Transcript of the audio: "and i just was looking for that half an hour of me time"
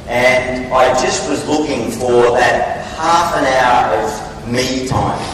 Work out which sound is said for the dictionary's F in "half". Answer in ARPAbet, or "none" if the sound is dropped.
F